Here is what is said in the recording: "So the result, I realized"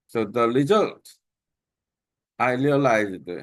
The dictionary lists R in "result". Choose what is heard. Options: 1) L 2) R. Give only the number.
1